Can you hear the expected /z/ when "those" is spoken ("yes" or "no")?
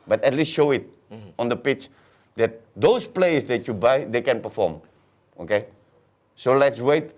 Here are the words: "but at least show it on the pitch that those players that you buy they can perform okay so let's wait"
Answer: no